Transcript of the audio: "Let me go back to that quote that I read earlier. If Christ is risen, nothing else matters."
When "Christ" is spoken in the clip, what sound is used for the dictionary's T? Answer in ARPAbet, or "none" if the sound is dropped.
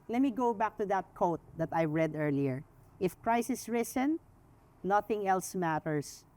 none